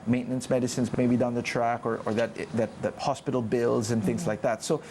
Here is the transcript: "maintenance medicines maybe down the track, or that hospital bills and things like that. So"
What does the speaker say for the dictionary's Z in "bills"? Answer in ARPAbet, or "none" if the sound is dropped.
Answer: Z